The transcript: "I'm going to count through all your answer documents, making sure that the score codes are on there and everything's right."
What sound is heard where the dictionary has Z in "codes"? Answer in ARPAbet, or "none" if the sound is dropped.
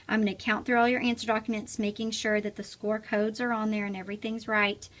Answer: Z